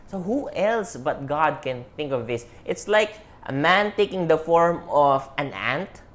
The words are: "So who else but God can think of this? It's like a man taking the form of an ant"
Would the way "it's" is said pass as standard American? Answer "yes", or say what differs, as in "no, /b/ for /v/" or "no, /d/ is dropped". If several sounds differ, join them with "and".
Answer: yes